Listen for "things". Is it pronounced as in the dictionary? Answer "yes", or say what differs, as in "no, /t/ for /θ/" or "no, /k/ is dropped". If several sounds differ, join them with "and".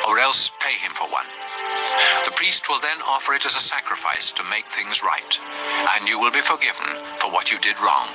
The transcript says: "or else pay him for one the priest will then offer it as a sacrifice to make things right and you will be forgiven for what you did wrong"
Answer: yes